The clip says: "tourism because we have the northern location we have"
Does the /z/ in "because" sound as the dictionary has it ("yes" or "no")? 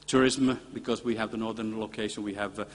yes